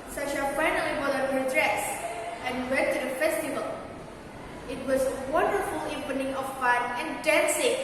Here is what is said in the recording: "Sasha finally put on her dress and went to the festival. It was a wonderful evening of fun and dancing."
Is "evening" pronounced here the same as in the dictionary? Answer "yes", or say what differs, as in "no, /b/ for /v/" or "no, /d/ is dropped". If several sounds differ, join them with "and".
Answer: no, /p/ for /v/